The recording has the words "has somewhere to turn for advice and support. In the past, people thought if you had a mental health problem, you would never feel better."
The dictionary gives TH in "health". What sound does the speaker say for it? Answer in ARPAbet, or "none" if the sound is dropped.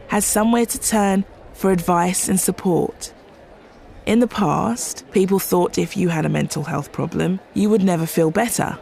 TH